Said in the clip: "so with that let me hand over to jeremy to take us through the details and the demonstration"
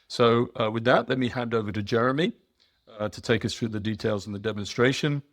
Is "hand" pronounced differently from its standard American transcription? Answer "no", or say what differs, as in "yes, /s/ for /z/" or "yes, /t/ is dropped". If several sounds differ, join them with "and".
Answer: no